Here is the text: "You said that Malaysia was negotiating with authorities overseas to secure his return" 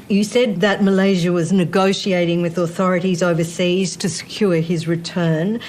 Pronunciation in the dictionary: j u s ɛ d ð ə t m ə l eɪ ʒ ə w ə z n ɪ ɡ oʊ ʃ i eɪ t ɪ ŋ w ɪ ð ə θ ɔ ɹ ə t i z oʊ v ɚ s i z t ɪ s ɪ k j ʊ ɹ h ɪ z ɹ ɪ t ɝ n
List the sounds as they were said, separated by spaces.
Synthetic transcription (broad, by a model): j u s ɛ d ð ə t m ə l eɪ ʒ ə w ə z n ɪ ɡ oʊ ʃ i eɪ t ɪ ŋ w ɪ ð ə θ ɔ ɹ ə t i z oʊ v ɚ s i z t ɪ s ɪ k j ʊ ɹ ɪ z ɹ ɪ t ɝ n